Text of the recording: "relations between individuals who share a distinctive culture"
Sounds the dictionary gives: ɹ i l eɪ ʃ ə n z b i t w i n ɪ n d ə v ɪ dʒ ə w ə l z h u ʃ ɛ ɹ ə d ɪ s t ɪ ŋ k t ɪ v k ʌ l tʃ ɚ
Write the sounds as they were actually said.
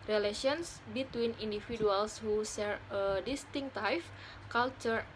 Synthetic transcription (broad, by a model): ɹ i l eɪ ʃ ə n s b i t w i n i n d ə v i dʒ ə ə l s h u s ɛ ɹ ə d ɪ s t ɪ ŋ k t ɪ f k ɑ l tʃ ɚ